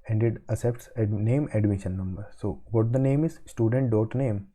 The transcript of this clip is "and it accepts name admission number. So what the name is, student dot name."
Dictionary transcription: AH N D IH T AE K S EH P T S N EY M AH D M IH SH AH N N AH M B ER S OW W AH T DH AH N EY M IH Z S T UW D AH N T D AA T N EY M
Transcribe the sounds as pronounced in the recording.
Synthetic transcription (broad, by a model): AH N D IH T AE S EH P T S N EY M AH D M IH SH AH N N AH M B ER S OW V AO T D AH N EY M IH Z S T UW D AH N T D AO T N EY M